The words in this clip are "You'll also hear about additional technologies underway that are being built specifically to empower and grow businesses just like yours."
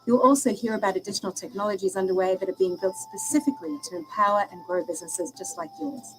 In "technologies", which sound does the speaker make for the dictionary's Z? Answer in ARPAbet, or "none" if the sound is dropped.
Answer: Z